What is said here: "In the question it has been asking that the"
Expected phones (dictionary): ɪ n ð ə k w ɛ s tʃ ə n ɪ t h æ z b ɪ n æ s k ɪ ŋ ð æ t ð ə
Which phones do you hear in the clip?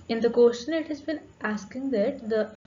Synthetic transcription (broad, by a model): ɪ n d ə k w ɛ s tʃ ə n ɪ t h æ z b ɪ n æ s k ɪ ŋ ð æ t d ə